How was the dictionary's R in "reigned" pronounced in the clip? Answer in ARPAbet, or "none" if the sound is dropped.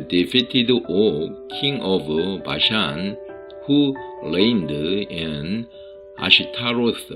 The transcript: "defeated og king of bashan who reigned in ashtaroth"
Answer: L